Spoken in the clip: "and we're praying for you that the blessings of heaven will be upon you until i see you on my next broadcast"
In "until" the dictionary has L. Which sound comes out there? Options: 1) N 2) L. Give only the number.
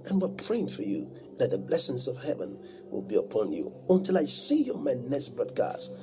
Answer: 2